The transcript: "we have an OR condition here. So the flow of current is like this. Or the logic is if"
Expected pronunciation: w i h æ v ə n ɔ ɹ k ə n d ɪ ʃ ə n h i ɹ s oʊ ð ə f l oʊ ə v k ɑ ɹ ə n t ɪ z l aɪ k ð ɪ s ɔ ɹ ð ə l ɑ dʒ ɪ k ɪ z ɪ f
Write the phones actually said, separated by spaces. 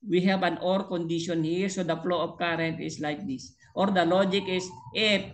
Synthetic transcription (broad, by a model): w i h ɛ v ə n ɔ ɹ k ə n d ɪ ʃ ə n h i ɹ s oʊ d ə f l oʊ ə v k ɑ ɹ ə n t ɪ s l aɪ k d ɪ s ɔ ɹ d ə l ɑ dʒ ɪ k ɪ s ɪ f